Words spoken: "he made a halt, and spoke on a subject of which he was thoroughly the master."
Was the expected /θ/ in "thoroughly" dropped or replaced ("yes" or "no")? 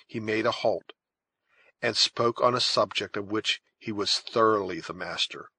no